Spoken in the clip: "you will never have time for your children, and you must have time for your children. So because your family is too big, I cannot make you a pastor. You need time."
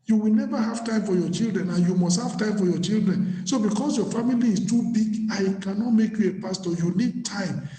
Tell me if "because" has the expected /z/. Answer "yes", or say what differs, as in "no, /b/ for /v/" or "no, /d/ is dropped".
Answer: no, /s/ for /z/